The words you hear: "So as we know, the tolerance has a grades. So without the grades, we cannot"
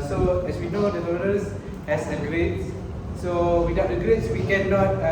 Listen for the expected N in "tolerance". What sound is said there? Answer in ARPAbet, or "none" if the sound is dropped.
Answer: none